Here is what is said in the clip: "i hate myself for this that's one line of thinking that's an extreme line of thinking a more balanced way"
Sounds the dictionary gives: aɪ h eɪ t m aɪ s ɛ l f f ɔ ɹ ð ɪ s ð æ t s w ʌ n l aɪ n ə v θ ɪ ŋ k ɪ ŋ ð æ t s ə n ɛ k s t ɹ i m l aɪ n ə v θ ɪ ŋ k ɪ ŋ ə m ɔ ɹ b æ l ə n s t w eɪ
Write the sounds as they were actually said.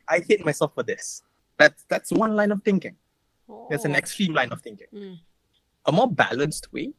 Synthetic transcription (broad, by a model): aɪ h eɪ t m aɪ s ɛ l f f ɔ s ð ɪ s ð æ t s w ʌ n l aɪ n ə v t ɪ ŋ k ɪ ŋ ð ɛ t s ə n ɛ k s t ɹ i m l aɪ n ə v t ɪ ŋ k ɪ ŋ ə m ɔ b æ l ə n s t w eɪ